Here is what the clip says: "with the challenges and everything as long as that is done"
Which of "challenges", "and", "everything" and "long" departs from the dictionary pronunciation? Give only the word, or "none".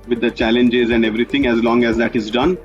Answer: everything